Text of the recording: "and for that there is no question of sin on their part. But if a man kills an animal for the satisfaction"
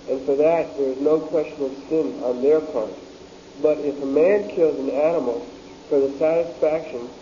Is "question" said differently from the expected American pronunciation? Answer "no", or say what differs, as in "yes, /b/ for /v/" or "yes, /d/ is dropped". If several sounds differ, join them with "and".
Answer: no